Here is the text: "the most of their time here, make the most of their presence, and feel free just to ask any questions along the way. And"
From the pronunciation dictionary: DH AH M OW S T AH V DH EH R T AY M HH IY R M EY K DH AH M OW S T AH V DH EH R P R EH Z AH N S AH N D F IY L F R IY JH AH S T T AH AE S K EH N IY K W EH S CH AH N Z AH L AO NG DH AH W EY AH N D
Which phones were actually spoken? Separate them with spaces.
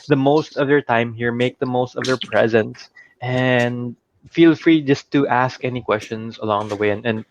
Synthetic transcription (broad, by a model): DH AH M OW S T AH V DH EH R T AY M HH IY R M EY K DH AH M OW S T AH V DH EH R P R EH Z AH N S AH N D F IY L F R IY JH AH S T T AE S K EH N IY K W EH S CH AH N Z AH L AO NG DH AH W EY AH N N